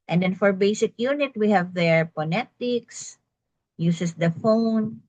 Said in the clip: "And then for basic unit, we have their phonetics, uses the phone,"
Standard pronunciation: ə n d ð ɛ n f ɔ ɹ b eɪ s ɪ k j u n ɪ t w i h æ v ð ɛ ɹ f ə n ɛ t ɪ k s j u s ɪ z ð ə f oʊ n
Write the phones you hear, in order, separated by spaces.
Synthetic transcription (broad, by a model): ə n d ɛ n f ɔ ɹ b eɪ s ɪ k j u n ɪ t w i h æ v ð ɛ ɹ p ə n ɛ t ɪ k s j u s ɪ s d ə f oʊ n